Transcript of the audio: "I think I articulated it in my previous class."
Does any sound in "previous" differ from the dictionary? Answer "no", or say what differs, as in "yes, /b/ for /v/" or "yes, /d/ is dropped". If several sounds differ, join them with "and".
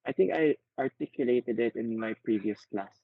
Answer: no